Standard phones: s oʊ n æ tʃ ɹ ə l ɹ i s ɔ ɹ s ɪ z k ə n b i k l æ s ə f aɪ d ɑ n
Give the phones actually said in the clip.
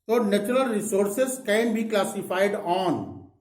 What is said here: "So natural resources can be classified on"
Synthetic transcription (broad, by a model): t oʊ n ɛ tʃ ɹ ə l ɹ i s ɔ ɹ s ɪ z k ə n b i k l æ s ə p aɪ d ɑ n